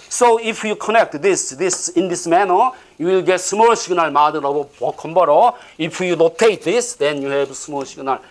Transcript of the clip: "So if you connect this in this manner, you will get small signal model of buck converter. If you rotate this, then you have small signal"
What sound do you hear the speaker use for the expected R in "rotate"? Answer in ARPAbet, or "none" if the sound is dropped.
L